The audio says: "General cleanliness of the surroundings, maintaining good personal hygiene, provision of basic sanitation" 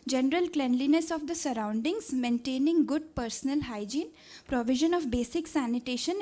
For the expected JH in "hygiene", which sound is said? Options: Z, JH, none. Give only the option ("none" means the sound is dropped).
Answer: JH